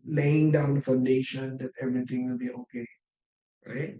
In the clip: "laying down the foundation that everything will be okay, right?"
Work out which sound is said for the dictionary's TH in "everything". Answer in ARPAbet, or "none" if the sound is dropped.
T